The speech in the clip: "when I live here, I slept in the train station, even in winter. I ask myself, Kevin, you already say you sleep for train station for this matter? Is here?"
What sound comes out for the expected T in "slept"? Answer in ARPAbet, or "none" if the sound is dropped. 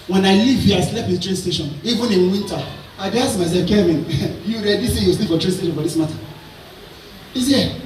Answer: none